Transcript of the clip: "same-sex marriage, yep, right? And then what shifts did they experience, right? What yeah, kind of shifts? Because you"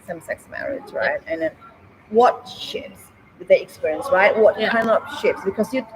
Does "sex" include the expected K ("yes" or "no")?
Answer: yes